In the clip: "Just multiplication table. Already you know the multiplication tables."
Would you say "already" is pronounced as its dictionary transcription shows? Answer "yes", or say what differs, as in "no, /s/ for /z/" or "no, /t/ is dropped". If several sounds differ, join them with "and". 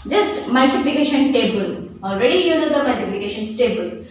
yes